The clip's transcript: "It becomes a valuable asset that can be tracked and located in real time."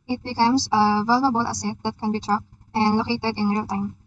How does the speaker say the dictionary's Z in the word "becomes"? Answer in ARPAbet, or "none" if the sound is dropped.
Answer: S